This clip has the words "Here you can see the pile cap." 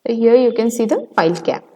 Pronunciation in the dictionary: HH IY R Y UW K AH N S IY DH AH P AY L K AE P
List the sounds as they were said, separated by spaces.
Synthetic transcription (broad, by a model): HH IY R Y UW K AH N S IY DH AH F AY L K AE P